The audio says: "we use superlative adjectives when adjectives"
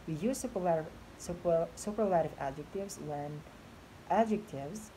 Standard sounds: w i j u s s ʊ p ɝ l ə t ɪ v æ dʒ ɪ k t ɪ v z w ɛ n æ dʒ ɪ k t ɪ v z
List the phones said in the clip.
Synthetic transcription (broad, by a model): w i j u s s ʊ p ɝ l ə t ɪ v æ dʒ ɪ k t ɪ v z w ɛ n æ dʒ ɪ k t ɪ v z